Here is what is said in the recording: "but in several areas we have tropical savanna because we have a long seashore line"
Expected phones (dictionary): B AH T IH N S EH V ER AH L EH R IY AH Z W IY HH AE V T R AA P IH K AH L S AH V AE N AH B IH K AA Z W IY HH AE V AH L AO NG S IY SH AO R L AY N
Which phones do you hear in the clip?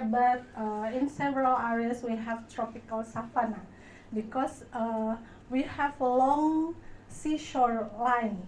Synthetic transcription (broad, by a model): B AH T IH N S EH V ER AH L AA R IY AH S W IY HH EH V T R AA P IH K AH L S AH F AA N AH B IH K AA S W IY HH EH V AH L AO NG S IY SH AO R L AY N